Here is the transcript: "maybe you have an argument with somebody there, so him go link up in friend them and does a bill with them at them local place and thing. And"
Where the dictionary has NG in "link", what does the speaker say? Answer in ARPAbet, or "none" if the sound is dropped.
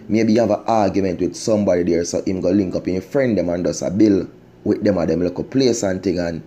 NG